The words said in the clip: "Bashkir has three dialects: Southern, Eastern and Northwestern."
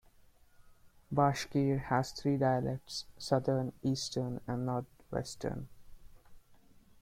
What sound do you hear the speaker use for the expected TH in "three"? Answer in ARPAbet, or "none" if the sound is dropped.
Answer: T